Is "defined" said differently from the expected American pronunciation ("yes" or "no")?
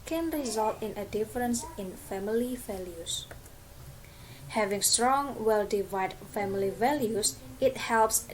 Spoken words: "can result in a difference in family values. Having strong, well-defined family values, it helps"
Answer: yes